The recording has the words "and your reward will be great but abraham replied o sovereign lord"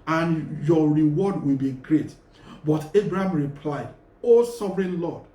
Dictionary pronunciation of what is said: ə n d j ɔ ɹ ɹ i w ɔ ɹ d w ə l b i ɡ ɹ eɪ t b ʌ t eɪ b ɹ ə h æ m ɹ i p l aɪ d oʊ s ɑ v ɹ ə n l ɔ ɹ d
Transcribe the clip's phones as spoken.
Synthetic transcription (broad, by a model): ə n j ɔ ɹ ɹ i w ɔ d w ə l b i ɡ ɹ eɪ t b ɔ t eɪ b ɹ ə h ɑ m ɹ i p l aɪ d oʊ s ɑ v ɹ ə n l ɔ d